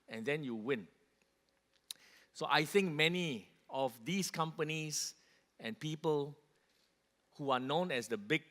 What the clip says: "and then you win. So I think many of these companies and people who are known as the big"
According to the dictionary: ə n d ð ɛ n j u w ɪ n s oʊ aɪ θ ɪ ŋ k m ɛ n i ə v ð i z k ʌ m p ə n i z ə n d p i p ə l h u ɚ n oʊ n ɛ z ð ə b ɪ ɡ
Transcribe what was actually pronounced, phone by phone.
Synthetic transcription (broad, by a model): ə n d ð ɛ n j u w ɪ n s oʊ aɪ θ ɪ ŋ k m ɛ n i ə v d i s k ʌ m p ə n i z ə n p i p ə l h u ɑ n oʊ n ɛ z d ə b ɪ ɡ